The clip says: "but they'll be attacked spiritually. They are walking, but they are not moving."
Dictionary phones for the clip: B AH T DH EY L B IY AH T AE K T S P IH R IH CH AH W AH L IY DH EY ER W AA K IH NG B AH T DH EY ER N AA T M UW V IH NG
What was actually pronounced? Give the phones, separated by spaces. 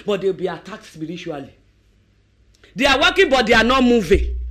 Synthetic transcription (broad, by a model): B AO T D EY W B IY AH T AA K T S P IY R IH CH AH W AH L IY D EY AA W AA K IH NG B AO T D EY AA N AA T M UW V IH